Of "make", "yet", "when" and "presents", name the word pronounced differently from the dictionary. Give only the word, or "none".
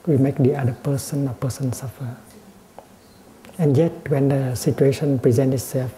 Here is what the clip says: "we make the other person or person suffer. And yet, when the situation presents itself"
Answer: presents